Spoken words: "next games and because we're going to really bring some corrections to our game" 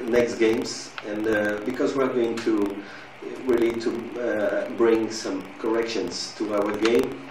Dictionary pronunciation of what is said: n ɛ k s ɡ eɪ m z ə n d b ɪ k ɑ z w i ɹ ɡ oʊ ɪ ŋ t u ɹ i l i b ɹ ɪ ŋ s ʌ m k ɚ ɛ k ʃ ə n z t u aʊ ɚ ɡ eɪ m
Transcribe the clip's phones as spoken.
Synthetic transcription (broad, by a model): n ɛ k s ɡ eɪ m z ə n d b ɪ k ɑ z w i ɹ ɡ oʊ ɪ ŋ t u w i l i b ɹ ɪ ŋ s ʌ m k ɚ ɛ k ʃ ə n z t u aʊ ɚ ɡ eɪ m